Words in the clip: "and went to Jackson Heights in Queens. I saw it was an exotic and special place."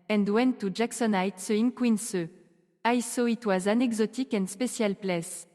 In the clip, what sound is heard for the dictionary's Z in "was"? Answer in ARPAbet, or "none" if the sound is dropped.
Z